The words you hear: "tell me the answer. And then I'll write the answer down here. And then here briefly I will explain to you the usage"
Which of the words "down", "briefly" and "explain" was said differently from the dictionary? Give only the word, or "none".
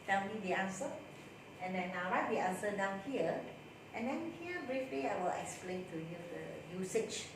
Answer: none